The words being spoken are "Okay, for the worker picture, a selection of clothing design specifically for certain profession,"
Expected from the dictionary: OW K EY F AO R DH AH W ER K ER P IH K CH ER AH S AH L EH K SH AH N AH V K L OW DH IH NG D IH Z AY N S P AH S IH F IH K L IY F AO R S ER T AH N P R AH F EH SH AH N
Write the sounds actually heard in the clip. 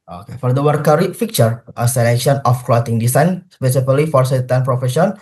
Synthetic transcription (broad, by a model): OW K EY F AO R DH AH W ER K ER F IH K CH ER AH S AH L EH K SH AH N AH F K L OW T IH NG D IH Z AY N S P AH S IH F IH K L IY F AO R S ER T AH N P R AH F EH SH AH N